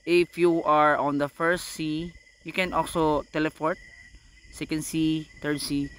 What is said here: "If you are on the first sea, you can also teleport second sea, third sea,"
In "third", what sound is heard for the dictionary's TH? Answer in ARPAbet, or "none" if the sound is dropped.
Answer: T